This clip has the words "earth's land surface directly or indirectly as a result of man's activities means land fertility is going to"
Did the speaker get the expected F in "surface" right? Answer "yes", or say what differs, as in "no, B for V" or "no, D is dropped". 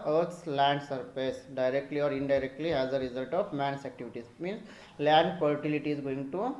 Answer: no, P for F